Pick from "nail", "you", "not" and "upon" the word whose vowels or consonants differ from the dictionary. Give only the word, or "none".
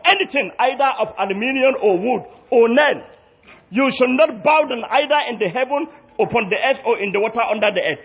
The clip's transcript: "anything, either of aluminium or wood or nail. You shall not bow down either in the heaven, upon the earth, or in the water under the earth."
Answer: nail